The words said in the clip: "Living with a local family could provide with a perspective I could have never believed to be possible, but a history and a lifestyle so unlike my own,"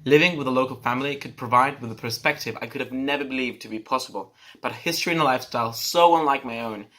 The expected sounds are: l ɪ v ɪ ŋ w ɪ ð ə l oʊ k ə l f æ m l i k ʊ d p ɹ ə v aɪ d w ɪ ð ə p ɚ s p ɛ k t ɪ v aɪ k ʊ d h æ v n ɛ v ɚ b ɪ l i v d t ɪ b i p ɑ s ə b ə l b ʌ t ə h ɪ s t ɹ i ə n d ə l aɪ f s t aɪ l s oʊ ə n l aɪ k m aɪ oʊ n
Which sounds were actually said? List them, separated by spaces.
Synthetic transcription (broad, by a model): l ɪ v ɪ ŋ w ɪ ð ə l oʊ k l f æ m l i k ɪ d p ɹ ə v aɪ d w ɪ ð ə p ɚ s p ɛ k t ɪ v aɪ k ʊ d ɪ v n ɛ v ɚ b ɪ l i v t ɪ b i p ɑ s ə b ə l b ʌ t ə h ɪ s t ɹ i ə n ə l aɪ f s t aɪ l s oʊ ə n l aɪ k m aɪ oʊ n